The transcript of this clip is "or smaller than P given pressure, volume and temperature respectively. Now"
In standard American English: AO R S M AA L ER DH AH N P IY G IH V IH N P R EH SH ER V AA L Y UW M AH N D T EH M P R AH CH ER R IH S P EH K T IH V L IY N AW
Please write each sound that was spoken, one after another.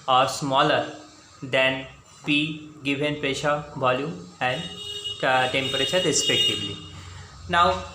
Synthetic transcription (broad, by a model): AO R S M AA L ER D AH N P IY G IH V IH N P EH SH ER V AA L Y UW M AH N D T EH M P R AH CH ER R IH S P EH K T IH V L IY N AW